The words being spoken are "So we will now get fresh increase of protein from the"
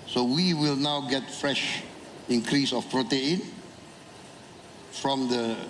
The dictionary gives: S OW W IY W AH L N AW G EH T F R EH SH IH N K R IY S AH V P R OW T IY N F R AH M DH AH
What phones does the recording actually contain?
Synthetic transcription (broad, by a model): S OW W IY W AH L N AW G EH T F R EH SH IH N K R IY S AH F P R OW T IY N F R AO M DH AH